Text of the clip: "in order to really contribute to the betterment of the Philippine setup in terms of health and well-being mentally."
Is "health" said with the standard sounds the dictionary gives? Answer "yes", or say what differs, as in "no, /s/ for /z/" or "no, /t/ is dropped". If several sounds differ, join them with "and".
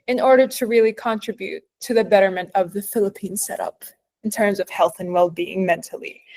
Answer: yes